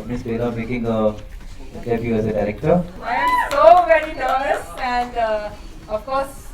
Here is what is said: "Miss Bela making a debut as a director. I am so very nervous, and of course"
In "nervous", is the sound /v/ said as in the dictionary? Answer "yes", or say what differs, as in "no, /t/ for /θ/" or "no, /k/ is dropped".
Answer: no, /v/ is dropped